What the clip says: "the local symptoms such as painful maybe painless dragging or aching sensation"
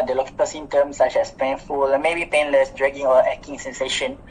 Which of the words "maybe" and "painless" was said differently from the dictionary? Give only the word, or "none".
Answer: none